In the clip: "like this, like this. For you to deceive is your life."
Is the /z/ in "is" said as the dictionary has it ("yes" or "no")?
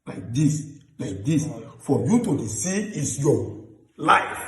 no